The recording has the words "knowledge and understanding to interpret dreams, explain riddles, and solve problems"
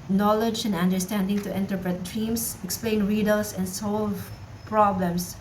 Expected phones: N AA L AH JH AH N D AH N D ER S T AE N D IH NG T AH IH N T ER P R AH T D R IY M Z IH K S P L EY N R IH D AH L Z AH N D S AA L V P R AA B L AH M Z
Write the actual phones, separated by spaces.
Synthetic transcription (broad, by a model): N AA L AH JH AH N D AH N D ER S T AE N D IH NG T AH IH N T ER P R AH T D R IY M S IH K S P L EY N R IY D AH L S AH N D S AA L V P R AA B L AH M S